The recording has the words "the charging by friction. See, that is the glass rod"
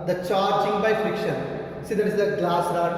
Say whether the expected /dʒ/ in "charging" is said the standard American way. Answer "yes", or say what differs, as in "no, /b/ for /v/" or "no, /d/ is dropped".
no, /tʃ/ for /dʒ/